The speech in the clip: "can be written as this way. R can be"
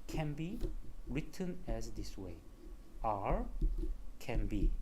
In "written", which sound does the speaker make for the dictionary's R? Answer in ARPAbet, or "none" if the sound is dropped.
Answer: R